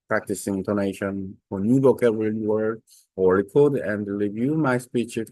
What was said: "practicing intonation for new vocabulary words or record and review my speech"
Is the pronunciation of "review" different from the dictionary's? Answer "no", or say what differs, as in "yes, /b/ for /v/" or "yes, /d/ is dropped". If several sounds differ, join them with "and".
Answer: no